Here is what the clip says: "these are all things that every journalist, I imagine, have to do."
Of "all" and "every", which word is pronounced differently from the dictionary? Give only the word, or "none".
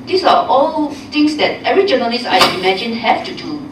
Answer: every